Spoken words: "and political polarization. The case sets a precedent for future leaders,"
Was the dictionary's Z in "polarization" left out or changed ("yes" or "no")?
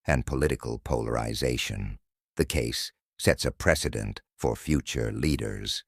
no